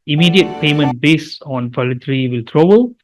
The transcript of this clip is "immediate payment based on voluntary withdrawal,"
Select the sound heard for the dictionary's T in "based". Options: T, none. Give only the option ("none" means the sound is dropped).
none